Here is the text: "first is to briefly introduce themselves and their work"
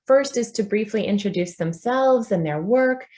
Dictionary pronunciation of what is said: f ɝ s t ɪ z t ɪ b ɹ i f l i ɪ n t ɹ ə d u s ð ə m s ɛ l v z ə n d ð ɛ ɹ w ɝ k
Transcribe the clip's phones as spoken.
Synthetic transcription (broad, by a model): f ɝ s t ɪ z t ɪ b ɹ i f l i ɪ n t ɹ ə d u s ð ə m s ɛ l v z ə n ð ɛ ɹ w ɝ k